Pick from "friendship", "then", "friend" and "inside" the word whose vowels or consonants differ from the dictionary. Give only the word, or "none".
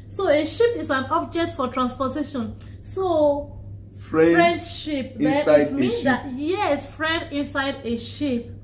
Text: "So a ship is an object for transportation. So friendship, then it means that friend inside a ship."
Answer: then